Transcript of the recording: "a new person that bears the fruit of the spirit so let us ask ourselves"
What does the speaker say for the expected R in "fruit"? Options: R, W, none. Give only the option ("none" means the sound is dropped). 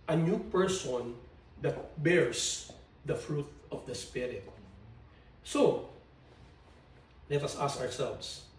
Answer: R